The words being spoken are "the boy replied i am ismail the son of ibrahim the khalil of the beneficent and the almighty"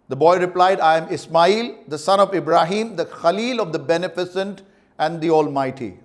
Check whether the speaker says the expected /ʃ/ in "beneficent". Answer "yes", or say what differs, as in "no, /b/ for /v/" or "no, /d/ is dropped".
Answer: no, /s/ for /ʃ/